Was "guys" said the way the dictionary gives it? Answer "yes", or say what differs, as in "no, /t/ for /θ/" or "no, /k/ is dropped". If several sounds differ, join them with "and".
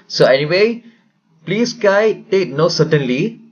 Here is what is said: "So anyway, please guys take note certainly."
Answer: no, /z/ is dropped